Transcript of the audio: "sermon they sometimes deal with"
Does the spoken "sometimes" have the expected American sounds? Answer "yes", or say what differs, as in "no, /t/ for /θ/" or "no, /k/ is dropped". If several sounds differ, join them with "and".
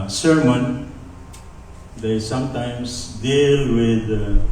no, /s/ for /z/